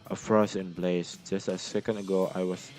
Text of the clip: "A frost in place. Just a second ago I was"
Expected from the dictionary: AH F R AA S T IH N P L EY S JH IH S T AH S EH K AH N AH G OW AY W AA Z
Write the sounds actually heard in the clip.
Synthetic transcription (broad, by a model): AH F R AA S IH N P L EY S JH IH S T AH S EH K AH N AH G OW AY W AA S